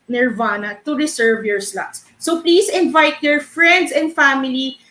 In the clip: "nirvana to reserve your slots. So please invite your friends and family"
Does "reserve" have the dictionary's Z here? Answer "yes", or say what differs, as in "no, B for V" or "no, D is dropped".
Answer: no, S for Z